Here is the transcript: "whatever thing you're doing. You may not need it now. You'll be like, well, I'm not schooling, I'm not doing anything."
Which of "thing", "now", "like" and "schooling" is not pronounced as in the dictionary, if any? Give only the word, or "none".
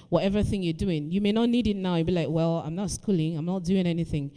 none